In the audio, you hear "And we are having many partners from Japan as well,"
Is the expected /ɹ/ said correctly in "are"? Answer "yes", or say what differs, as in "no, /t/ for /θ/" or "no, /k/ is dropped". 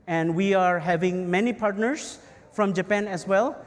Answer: yes